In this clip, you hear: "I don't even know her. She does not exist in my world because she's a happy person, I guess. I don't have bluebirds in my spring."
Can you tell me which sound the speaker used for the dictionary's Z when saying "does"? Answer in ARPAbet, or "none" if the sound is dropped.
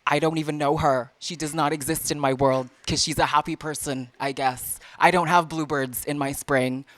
Z